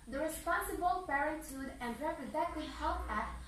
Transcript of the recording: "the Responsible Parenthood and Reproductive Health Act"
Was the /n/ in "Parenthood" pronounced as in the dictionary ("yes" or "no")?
no